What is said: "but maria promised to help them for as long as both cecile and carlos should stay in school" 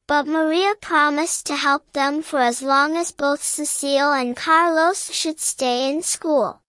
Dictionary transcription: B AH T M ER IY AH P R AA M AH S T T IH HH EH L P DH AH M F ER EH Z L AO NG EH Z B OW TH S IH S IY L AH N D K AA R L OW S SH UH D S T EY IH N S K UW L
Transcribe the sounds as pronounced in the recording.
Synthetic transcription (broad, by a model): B AH T M ER IY AH P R AA M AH S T T IH HH EH L P DH AH M F ER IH Z L AO NG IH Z B OW TH S IH S IY L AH N K AA R L OW S SH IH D S T EY IH N S K UW L